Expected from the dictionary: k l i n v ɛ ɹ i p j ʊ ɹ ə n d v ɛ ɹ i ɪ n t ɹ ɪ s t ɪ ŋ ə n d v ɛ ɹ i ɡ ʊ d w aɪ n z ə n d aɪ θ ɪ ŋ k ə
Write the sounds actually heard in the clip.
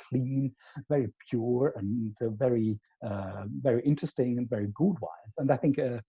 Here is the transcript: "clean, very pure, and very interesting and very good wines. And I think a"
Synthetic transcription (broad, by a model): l i n v ɛ ɹ i p j ʊ ɹ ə n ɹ v ɛ ɹ i ɪ n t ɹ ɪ s t ɪ ŋ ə n v ɛ ɹ i ɡ ʊ d w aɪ z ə n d aɪ θ ɪ ŋ k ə